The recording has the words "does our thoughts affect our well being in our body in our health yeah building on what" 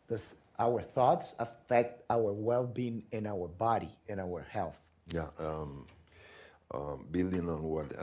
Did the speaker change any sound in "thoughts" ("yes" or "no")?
no